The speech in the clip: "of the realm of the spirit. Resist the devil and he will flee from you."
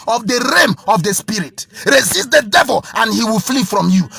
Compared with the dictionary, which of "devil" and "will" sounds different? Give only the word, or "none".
none